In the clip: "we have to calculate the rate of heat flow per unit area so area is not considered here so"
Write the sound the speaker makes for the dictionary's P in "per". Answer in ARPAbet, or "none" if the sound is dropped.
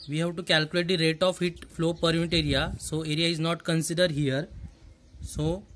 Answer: P